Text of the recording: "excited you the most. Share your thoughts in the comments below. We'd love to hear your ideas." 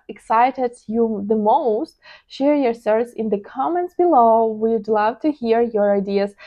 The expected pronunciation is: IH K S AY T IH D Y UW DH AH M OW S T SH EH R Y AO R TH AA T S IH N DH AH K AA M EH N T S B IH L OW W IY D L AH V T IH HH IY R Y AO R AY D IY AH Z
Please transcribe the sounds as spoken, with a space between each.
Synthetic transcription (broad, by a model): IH K S AY T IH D Y UW DH AH M OW S T SH EH R Y AO R S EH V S IH N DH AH K AA M EH N T S B IH L OW W IY D L AH V T IH HH IY R Y AO R AY D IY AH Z